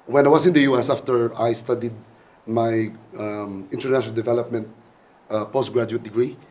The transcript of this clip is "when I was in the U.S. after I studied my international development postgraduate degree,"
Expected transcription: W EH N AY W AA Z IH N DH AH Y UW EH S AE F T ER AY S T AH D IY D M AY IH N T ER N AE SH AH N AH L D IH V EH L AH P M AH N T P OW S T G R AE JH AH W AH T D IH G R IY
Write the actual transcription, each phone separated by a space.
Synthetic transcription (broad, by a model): W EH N AY W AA S IH N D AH Y UW EH S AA F T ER AY S T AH D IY D M AY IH N T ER N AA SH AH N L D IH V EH L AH P M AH N T P OW S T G R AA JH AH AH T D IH G R IY